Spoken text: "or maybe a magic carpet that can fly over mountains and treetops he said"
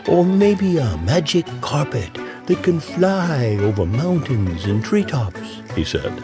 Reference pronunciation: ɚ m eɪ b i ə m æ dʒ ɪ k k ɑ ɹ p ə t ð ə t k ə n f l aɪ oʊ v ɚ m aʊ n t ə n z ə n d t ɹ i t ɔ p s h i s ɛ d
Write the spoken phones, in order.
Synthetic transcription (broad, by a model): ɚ m eɪ b i ə m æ dʒ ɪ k k ɑ ɹ p ə t ð ə t k ə n f l aɪ oʊ v ɚ m aʊ n t ə n z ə n t ɹ i t ɔ p s h i s ɛ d